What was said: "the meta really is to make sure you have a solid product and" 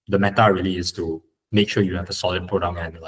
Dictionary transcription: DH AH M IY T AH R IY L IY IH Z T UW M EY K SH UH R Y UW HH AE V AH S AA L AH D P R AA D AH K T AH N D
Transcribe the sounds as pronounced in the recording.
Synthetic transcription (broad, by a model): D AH M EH T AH R IY L IY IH S T UW M EY K SH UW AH Y UW HH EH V AH S AA L AH D P R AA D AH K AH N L